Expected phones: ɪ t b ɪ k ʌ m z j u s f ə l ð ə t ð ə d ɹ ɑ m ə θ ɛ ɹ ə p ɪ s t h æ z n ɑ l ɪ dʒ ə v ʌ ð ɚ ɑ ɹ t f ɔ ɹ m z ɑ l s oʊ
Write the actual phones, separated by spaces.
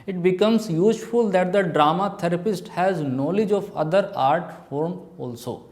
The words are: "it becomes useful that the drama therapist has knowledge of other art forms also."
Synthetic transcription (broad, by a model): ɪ t b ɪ k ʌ m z j u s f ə l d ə t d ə d ɹ ɑ m ə t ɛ ɹ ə p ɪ s t h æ z n ɑ l ɪ dʒ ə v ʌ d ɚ ɑ ɹ t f ɔ ɹ m ɑ l s oʊ